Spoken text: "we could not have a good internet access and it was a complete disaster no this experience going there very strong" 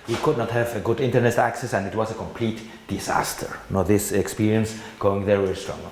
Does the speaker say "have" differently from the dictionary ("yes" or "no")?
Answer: no